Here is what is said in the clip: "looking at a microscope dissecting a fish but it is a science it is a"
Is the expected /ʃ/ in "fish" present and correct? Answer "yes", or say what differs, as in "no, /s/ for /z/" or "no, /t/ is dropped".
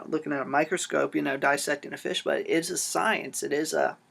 yes